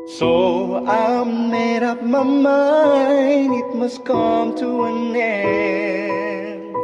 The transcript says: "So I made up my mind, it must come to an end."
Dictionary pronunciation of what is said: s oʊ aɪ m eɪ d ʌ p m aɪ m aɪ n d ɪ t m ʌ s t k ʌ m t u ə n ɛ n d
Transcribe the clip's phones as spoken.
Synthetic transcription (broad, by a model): s oʊ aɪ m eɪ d ʌ p m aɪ m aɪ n ɪ t m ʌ s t k ʌ m t u ə n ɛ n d